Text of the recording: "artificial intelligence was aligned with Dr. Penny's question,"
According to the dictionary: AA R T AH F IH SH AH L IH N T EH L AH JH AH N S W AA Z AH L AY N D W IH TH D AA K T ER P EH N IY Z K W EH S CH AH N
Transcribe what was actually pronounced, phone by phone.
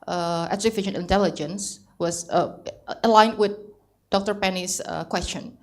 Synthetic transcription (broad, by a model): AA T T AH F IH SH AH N IH N T EH L AH JH AH N S W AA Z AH L AY N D W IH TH D AA K T ER P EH N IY S K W EH S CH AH N